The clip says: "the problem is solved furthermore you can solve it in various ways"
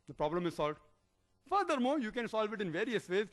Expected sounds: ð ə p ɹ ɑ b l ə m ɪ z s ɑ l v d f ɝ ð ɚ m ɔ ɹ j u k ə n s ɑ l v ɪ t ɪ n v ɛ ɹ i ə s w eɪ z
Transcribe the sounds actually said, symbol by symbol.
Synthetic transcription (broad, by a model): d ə p ɹ ɑ b l ə m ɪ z s ɑ l v d f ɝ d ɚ m ɔ ɹ j u k ə n s ɑ l v ɪ t ɪ n v ɛ ɹ i ə s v eɪ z